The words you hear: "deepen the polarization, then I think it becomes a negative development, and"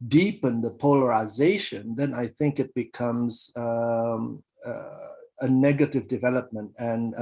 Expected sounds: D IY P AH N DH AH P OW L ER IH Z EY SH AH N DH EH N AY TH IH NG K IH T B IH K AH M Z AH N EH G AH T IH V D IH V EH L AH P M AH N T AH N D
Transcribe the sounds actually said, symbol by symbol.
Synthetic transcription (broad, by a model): D IY P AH N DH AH P OW L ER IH Z EY SH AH N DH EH N AY TH IH NG K IH T B IH K AH M Z AH N EH G AH T IH V D IH V EH L AH P M AH N T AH N